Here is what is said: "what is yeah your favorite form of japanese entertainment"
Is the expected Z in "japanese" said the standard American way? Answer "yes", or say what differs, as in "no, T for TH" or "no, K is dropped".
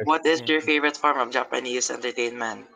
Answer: no, S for Z